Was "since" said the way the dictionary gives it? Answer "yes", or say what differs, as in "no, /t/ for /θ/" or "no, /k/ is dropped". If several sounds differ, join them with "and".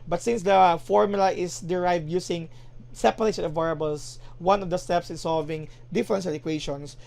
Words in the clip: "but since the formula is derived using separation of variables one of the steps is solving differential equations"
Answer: yes